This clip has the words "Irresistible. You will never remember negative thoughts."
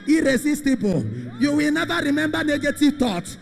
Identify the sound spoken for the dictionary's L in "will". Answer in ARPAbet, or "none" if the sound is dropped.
L